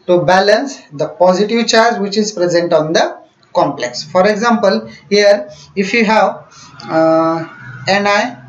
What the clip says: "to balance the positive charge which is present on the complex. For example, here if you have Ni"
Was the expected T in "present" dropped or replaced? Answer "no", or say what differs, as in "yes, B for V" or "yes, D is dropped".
no